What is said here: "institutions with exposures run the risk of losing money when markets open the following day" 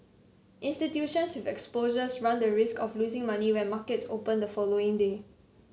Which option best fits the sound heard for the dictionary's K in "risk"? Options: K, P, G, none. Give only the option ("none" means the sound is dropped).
K